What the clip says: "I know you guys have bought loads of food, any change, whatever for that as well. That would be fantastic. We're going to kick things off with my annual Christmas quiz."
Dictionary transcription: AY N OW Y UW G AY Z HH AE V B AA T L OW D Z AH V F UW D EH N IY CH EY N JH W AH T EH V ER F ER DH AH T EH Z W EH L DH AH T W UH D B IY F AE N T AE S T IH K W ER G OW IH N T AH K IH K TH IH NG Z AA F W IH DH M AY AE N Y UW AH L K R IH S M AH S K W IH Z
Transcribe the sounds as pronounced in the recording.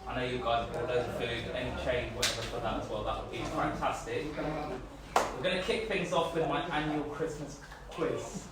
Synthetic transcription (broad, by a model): AY N OW Y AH G AY Z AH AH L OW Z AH F UW D EH N IY CH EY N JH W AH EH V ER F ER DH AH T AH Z W EH L DH AH T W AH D B IY F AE N T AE S T IH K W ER G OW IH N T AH K IH K TH IH NG Z AA F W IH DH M AY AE N Y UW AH L K R IH S M AH S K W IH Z